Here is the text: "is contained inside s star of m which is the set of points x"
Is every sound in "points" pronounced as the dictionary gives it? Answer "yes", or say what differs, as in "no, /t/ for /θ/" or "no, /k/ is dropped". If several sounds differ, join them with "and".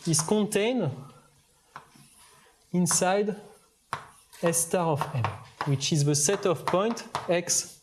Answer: no, /s/ is dropped